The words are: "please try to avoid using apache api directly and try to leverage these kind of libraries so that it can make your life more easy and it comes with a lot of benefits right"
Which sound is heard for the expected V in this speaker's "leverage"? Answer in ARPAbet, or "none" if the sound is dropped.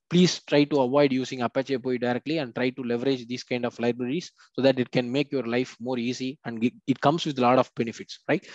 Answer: V